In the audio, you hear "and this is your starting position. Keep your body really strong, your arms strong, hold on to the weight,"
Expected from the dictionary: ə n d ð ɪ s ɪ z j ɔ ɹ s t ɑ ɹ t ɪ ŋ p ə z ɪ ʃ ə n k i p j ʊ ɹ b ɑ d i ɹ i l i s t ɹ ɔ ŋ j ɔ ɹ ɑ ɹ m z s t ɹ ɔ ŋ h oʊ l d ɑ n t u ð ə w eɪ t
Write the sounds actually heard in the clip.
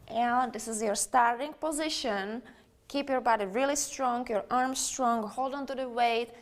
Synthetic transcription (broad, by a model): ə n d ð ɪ s ɪ z j ɔ ɹ s t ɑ ɹ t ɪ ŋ p ə z ɪ ʃ ə n k i p j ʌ ɹ b ɑ d i ɹ i l i s t ɹ ɔ ŋ j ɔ ɹ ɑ ɹ m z s t ɹ ɔ ŋ h oʊ l d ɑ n t u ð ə w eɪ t